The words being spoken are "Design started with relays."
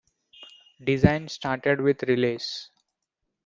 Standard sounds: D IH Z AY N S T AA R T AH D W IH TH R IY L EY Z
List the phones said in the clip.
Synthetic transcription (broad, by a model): D IH Z AY N S T AA R T AH D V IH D R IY L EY S